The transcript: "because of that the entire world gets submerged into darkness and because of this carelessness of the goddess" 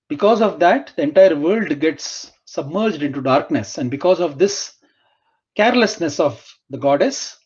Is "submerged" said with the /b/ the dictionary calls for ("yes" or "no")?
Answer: yes